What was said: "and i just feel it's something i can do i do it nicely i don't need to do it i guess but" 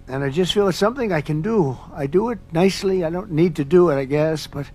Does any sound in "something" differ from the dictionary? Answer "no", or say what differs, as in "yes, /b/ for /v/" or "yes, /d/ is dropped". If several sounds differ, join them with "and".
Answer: no